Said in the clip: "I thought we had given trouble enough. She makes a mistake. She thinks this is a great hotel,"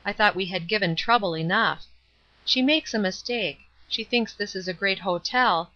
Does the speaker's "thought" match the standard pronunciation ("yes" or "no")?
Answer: yes